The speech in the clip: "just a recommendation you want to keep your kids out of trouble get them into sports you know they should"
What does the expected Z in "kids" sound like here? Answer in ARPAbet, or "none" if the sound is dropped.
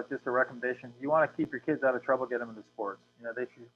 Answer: Z